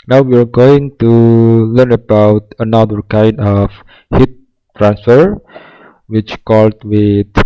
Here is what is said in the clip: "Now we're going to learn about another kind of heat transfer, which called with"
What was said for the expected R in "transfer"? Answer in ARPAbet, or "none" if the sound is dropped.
R